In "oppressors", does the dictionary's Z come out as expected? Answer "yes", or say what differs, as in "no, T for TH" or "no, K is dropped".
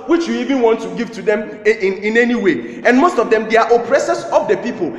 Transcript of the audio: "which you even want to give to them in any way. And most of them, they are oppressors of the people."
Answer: no, S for Z